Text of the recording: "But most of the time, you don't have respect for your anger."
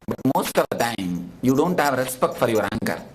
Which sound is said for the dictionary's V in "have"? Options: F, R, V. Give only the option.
V